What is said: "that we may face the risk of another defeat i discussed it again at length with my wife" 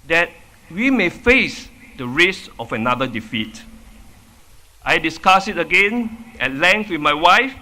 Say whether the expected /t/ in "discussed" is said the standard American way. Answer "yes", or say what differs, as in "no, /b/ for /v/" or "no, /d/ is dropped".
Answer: no, /t/ is dropped